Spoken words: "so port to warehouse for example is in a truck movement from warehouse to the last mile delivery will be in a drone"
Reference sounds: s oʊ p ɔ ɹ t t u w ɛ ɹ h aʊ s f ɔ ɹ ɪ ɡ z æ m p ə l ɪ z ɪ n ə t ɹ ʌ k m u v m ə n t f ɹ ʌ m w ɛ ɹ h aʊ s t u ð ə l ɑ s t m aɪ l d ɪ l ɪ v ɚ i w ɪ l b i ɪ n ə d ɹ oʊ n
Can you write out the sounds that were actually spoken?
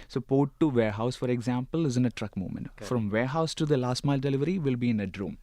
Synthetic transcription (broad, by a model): s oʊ p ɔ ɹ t t u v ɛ ɹ h aʊ s f ɔ ɹ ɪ ɡ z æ m p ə l ɪ z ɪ n ə t ɹ ʌ k m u m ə n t f ɹ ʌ m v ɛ ɹ h aʊ s t u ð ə l ɑ s t m aɪ l d ɪ l ɪ v ɚ i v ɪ l b i ɪ n ə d ɹ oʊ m